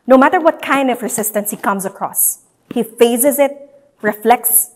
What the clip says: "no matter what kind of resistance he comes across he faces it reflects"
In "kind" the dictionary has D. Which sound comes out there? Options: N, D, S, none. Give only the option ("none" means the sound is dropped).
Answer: D